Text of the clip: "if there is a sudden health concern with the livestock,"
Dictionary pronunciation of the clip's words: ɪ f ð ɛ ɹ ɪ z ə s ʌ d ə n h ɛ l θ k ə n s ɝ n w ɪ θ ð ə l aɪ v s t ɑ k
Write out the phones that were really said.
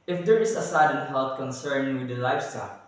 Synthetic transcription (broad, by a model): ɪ f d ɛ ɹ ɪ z ə s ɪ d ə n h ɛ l t k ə n s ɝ n w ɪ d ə l aɪ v s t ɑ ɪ